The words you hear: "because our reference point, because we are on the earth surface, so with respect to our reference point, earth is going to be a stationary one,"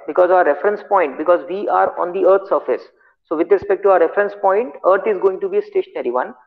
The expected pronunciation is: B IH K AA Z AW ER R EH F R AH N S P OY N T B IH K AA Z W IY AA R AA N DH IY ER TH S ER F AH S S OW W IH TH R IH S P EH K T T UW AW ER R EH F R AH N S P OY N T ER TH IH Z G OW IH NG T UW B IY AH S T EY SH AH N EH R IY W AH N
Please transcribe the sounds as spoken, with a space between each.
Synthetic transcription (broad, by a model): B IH K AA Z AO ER R EH F R AH N S P OY N T B IH K AA Z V IY AA R AA N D IY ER T S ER F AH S S OW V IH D R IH S P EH K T T UW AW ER R EH F R AH N S P OY N T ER T IH Z G OW IH NG T UW B IY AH S T EY SH AH N EH R IY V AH N